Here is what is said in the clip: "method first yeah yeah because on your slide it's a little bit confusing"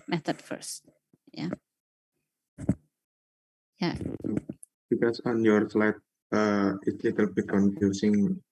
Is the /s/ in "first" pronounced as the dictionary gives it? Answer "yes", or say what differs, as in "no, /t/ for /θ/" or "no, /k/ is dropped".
yes